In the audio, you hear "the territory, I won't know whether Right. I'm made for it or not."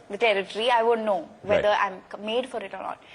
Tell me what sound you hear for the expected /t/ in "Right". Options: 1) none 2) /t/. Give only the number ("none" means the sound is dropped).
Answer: 1